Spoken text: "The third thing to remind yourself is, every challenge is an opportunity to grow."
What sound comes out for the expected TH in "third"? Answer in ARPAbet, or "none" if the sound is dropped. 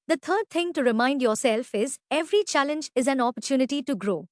T